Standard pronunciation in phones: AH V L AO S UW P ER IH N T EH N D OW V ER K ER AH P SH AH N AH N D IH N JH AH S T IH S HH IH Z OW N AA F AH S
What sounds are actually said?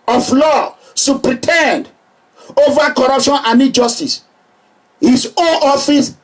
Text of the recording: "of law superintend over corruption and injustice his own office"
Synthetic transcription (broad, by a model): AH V L AO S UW P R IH T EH N D OW V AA K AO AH P SH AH N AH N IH JH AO S T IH S HH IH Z OW N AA F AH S